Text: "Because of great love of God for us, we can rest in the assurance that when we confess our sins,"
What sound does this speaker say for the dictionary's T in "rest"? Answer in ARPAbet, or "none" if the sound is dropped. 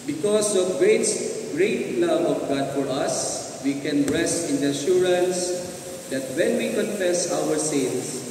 none